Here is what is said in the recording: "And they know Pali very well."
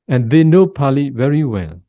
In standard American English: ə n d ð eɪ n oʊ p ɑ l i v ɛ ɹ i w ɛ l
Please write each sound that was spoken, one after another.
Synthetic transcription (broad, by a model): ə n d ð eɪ n oʊ p ɑ l i v ɛ ɹ i w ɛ l